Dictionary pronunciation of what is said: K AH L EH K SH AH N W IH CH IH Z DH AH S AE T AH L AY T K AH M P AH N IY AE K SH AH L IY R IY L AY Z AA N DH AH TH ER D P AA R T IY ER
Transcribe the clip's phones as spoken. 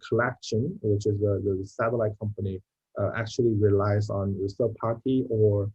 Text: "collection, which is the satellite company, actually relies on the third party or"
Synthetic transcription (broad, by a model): K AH L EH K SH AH N W IH CH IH Z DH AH S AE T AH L AY K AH M P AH N IY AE K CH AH L IY R IY L AY Z N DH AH S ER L P AA R T IY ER